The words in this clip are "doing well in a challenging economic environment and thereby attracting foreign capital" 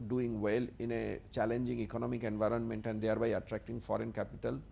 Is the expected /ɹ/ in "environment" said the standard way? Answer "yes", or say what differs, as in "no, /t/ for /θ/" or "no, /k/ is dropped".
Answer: yes